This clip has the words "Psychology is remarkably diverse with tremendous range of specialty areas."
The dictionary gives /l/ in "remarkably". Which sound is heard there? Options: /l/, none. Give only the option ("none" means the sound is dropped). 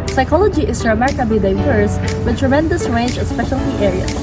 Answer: none